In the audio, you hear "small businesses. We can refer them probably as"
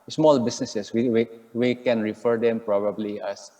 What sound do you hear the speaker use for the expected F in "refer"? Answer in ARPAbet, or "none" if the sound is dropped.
F